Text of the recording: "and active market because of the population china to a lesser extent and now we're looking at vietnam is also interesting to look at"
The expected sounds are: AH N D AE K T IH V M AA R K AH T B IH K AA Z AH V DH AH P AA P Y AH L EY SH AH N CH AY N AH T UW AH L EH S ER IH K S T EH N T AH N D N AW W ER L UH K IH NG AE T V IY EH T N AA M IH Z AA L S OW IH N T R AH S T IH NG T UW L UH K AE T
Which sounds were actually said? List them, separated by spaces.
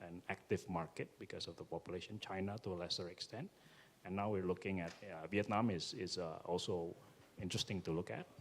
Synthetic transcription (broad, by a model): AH N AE K T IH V M AA R K AH T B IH K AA S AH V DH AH P AA P Y AH L EY SH AH N CH AY N AH T UW AH L EH S ER IH K S T EH N T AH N N AW W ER L UH K IH NG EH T V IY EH T N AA M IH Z AA L S OW IH N T R AH S T IH NG T UW L UH K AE T